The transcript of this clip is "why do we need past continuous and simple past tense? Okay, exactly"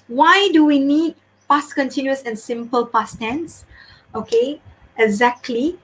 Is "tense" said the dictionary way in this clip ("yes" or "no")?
yes